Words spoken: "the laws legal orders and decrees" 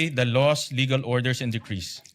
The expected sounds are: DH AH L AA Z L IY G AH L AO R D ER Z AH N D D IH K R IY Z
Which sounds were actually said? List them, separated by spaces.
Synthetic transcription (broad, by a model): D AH L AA S L IY G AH L AO R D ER S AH N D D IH K R IY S